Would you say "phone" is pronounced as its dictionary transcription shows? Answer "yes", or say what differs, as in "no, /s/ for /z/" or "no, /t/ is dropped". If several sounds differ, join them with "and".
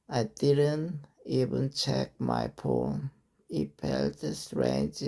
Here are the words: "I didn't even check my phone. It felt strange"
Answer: no, /p/ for /f/